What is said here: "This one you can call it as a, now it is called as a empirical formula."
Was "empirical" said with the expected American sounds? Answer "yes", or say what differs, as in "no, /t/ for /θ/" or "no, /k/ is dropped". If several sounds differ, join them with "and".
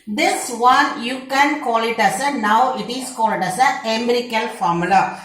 no, /p/ is dropped